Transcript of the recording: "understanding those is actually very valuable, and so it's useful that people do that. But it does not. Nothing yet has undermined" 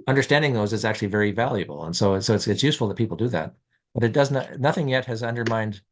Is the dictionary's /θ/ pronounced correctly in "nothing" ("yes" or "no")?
yes